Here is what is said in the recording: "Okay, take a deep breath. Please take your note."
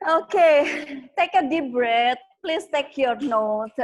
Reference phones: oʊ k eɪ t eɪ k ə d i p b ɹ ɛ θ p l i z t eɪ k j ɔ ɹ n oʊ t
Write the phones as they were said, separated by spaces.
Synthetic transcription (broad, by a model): oʊ k eɪ t eɪ k ə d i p b ɹ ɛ t p l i s t eɪ k j ɔ ɹ n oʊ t